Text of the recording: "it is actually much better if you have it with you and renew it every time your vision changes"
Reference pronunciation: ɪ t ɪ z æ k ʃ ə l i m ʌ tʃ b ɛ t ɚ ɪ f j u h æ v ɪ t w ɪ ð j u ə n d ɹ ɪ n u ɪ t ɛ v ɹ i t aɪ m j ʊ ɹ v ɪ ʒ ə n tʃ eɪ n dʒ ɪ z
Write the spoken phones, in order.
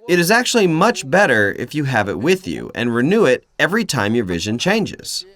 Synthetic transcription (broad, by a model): ɪ t ɪ z æ k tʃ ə l i m ʌ tʃ b ɛ t ɚ ɪ f j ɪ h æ v ɪ t w ɪ ð j u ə n ɹ ɪ n u ɪ t ɛ v ɹ i t aɪ m j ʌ ɹ v ɪ ʒ ə n tʃ eɪ n dʒ ɪ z